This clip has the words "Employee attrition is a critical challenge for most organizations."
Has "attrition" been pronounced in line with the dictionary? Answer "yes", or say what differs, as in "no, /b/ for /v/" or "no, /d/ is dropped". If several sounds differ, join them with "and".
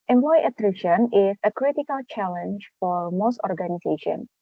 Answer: yes